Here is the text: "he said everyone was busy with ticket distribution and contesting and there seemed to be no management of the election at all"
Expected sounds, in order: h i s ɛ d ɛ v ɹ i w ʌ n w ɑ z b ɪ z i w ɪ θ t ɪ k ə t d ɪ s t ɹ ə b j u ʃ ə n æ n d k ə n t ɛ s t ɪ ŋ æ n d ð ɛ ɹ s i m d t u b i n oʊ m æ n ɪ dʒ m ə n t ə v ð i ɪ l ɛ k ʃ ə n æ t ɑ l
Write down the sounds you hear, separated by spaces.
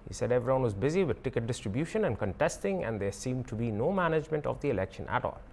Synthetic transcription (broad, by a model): h i s ɛ d ɛ v ɹ i w ʌ n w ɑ z b ɪ z i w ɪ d t ɪ k ə t d ɪ s t ɹ ə b j u ʃ ə n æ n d k ə n t ɛ s t ɪ ŋ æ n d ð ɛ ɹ s i m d t u b i n oʊ m æ n ɪ dʒ m ə n t ə v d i ɪ l ɛ k ʃ ə n æ t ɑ l